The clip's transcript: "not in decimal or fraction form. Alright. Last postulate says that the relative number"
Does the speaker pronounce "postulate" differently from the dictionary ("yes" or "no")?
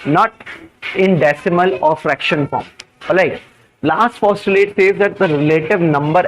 yes